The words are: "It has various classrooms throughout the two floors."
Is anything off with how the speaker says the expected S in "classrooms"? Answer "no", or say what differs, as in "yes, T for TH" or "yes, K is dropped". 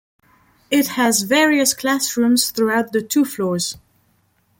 no